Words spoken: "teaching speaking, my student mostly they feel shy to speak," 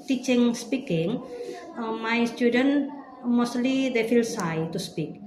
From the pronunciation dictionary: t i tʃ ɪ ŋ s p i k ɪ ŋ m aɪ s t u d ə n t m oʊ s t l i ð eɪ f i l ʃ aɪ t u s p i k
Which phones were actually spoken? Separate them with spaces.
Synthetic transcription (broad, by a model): t i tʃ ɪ ŋ s p i k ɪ ŋ m aɪ s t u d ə n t m oʊ s t l i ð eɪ f i l s aɪ t u s p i k